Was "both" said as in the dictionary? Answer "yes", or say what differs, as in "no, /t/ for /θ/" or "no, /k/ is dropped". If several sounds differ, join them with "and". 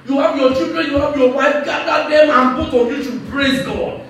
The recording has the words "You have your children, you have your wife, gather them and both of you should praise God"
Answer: no, /t/ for /θ/